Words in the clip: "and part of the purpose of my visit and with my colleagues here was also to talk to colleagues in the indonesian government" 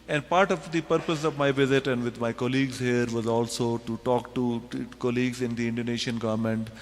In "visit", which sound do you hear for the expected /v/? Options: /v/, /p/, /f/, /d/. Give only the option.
/v/